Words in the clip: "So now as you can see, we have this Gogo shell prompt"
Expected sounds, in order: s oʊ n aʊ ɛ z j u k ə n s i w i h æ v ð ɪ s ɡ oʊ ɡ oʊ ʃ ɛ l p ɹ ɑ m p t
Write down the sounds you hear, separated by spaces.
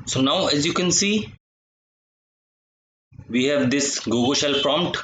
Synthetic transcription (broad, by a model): s oʊ n aʊ ɛ z j u k ə n s i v i h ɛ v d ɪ s ɡ oʊ ɡ oʊ ʃ ɛ l p ɹ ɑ m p t